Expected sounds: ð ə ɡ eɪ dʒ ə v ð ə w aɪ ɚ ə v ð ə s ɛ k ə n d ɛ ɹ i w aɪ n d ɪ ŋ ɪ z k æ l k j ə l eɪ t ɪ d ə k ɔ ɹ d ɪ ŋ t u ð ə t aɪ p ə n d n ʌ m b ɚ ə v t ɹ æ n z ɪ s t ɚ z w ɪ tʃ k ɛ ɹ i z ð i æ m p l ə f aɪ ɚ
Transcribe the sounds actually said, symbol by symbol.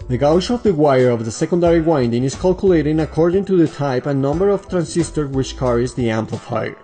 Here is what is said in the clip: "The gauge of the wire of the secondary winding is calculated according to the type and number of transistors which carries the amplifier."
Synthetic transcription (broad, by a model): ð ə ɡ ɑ ʃ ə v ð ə w aɪ ɚ ə v ð ə s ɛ k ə n d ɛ ɹ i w aɪ n d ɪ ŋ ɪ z k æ l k j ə l eɪ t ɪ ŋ ə k ɔ ɹ d ɪ ŋ t u ð ə t aɪ p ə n n ʌ m b ɚ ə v t ɹ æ n s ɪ s t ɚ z w ɪ tʃ k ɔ ɹ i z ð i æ m p l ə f aɪ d